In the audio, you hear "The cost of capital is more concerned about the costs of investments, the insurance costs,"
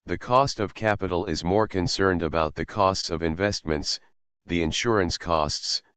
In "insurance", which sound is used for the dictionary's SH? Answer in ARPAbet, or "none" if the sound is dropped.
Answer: SH